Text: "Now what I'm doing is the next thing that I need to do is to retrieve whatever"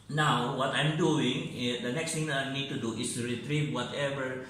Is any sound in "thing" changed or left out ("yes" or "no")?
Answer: yes